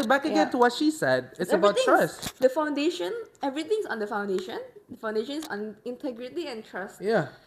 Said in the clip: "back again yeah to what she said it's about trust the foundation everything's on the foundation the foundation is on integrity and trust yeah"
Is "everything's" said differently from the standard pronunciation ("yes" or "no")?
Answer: yes